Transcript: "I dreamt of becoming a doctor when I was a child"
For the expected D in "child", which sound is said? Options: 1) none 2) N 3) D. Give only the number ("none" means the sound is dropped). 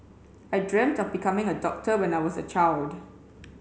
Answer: 3